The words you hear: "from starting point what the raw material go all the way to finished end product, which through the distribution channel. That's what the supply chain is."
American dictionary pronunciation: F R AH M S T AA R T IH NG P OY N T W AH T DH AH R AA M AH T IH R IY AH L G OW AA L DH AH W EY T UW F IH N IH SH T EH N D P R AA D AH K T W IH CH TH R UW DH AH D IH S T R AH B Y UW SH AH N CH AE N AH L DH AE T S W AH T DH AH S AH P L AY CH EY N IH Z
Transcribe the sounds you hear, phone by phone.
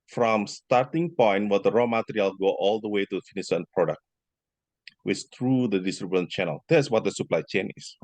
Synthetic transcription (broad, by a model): F R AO M S T AA R T IH NG P OY N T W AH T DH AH R AA M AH T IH R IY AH L G OW AA L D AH W EY T UW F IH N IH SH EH N P R AA D AH K T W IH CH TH R UW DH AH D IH S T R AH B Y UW AH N CH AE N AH L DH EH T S W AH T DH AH S AH P L AY CH EY N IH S